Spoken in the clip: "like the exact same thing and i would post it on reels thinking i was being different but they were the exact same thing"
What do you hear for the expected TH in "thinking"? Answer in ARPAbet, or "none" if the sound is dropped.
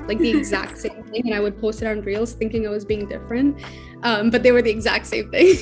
TH